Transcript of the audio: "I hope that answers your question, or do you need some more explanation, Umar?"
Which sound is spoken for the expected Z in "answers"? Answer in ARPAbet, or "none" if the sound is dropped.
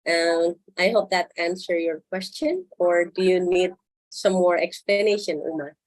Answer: none